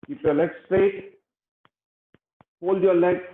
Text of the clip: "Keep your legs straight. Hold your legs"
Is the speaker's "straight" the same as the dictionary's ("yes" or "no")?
no